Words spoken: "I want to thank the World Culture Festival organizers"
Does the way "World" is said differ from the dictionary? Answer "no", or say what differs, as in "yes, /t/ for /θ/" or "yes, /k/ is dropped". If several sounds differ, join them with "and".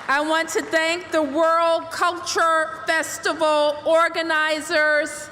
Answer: no